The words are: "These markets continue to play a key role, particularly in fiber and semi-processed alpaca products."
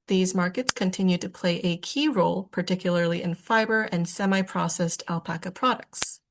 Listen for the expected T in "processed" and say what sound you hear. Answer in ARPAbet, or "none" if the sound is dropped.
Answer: T